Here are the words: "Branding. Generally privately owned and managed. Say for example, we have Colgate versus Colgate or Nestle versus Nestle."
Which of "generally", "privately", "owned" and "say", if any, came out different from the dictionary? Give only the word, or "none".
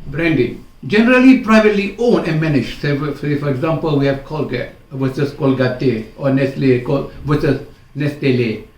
owned